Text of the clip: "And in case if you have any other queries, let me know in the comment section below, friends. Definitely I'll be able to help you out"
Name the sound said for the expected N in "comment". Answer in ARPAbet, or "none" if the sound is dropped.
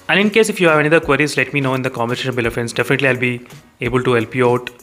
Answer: none